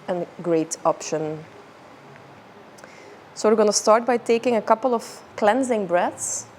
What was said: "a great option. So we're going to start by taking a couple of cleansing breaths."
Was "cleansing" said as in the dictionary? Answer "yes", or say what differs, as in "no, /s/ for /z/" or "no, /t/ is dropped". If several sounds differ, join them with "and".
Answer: yes